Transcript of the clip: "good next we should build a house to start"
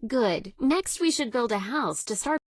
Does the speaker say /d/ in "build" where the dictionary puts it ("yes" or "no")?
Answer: yes